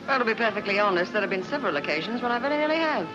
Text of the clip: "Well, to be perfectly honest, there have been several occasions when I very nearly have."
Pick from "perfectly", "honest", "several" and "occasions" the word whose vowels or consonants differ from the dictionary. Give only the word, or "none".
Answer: none